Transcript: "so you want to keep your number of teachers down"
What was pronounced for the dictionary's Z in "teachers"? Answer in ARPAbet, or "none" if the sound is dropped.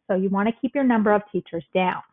Z